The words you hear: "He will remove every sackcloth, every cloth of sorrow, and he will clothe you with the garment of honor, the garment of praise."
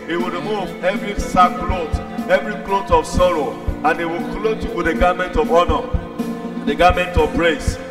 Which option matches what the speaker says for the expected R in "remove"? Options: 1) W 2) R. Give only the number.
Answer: 2